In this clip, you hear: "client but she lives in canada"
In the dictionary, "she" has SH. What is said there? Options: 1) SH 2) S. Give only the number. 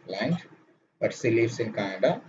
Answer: 2